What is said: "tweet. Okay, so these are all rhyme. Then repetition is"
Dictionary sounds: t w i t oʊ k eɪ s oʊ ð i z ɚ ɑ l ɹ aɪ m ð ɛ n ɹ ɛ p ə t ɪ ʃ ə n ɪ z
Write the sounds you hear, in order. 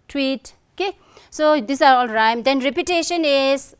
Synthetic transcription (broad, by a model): t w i t oʊ k eɪ s oʊ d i s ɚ ɑ l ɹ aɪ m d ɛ n ɹ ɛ p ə t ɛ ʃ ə n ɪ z